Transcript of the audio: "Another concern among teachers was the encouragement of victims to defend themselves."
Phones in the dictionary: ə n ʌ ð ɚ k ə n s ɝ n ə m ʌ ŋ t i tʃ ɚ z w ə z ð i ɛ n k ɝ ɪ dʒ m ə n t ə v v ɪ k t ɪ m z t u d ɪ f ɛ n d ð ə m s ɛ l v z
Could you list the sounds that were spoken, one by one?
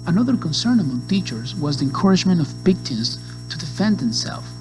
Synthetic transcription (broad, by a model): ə n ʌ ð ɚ k ə n s ɝ n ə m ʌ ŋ t i tʃ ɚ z w ə z ð i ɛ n k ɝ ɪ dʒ m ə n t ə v b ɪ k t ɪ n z t u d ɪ f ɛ n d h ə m s ɛ l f